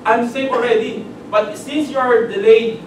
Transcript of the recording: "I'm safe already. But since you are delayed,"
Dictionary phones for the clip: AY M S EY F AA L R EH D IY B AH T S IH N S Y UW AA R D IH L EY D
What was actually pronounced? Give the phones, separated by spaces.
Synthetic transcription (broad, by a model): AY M S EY AA L R EH D IY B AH T S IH N S Y UW AA R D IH L EY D